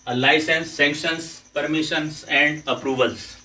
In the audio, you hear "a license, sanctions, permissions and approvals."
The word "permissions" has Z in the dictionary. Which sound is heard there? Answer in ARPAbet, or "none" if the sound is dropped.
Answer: S